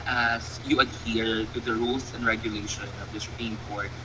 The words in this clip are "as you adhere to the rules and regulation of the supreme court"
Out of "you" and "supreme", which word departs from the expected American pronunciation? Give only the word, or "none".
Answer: supreme